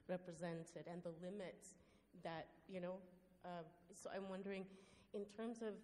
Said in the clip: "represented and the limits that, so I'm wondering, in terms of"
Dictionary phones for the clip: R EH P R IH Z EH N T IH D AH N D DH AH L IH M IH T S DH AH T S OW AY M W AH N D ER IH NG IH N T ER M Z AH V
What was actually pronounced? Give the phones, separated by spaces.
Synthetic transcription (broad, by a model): R EH P R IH Z EH N T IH D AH N DH AH L IH M IH T S DH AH T S OW AY M W AH N D ER IH NG IH N T ER M Z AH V